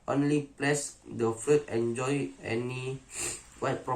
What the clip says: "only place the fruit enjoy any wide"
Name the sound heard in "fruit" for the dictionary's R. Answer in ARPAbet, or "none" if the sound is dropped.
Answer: none